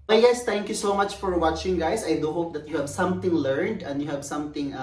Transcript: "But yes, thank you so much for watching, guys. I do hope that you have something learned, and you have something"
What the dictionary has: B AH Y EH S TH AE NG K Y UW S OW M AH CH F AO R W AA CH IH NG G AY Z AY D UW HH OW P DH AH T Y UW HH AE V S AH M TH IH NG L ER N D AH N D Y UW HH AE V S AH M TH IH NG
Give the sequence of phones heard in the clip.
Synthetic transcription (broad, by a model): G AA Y S T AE NG K Y UW S OW M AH CH F AO R W AA CH IH NG G AY S AY D UW HH OW P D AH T Y UW HH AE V S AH M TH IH NG L ER N D AH N D Y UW HH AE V S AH M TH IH NG